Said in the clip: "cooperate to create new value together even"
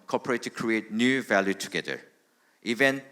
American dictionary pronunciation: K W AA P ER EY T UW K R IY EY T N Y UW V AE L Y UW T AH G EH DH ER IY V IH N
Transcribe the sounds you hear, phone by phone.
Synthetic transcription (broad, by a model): K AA P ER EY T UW K R IY EY T N Y UW V AE L Y UW T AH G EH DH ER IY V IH N